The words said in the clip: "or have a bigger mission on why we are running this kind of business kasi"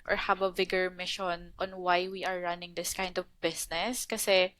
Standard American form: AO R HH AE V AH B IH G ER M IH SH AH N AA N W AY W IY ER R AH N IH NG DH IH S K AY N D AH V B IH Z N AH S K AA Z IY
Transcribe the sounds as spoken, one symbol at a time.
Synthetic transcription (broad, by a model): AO R HH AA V AH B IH G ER M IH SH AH N AA N W AY W IY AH R AH N IH NG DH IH S K AY N D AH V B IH S N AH S K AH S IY